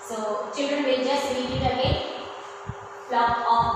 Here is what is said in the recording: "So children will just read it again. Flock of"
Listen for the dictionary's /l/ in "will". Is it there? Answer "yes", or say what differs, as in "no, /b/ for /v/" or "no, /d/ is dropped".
no, /n/ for /l/